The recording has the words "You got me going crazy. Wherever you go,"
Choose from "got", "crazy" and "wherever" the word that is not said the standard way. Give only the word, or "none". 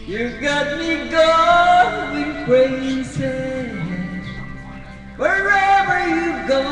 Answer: crazy